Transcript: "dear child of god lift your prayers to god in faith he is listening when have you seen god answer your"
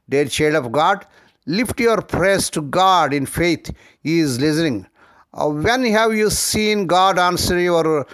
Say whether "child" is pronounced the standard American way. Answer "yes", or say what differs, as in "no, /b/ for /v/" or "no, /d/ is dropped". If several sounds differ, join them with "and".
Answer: no, /l/ is dropped